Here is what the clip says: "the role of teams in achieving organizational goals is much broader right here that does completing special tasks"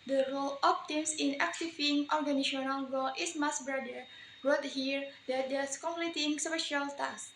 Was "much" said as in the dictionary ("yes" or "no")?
no